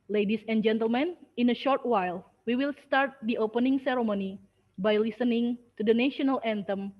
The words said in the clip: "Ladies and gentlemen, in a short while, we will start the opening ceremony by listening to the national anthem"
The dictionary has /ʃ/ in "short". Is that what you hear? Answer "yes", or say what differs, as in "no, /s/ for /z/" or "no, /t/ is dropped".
yes